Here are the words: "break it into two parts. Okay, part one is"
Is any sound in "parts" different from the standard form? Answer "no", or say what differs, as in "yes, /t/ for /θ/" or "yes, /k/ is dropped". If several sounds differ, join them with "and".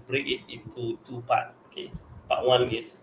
yes, /s/ is dropped